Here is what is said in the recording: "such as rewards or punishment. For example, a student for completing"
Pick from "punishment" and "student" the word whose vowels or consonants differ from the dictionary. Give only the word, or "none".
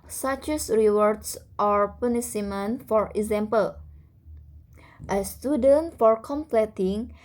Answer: punishment